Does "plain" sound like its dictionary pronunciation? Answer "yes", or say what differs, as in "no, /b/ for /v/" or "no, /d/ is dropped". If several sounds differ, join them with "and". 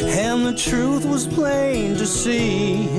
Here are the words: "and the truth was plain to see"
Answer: yes